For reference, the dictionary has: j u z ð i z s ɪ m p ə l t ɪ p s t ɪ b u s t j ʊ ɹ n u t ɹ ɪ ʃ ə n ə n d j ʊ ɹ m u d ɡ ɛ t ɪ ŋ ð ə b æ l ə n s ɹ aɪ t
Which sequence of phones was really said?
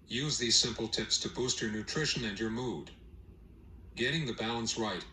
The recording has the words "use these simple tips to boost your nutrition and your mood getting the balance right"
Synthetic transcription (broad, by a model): j u z ð i z s ɪ m p l t ɪ p s t ɪ b u s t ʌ ɹ n u t ɹ ɪ ʃ ə n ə n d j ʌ ɹ m u d ɡ ɛ t ɪ ŋ ð ə b æ l ə n s ɹ aɪ t